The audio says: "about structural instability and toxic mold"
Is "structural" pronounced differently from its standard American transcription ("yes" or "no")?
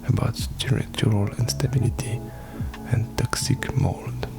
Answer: yes